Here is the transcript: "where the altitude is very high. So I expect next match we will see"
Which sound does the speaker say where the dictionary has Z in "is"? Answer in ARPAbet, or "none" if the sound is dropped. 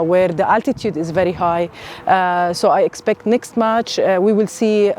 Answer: Z